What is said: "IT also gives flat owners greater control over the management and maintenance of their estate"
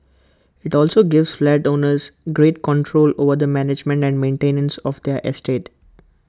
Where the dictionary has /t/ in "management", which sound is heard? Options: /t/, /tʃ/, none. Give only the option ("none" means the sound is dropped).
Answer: /t/